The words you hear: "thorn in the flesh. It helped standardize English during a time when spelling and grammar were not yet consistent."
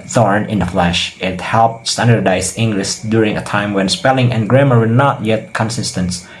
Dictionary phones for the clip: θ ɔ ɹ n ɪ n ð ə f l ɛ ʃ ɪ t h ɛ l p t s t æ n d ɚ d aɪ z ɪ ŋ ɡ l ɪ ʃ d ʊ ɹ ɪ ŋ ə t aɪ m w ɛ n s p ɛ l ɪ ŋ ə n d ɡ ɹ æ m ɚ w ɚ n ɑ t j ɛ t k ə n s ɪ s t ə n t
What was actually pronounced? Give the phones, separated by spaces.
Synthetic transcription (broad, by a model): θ ɔ ɹ n ɪ n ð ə f l ɛ ʃ ɪ t h ɛ l p t s t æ n d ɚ d aɪ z ɪ ŋ ɡ l ɪ ʃ d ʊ ɹ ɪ ŋ ə t aɪ m w ɛ n s p ɛ l ɪ ŋ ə n ɡ ɹ æ m ɚ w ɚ n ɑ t j ɛ t k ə n s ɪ s t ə n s